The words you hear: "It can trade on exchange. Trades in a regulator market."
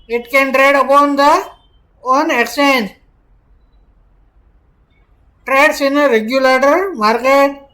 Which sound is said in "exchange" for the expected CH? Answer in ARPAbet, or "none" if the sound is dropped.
none